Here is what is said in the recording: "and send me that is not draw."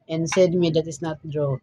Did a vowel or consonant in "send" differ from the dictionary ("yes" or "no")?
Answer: yes